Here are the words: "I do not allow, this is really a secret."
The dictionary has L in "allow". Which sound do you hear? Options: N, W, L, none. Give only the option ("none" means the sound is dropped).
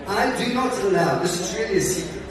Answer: N